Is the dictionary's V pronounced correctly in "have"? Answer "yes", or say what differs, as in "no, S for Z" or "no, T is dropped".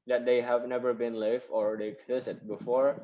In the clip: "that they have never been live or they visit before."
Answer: yes